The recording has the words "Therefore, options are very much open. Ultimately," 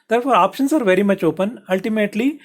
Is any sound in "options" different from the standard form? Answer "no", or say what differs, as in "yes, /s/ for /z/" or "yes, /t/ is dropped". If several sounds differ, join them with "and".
yes, /s/ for /z/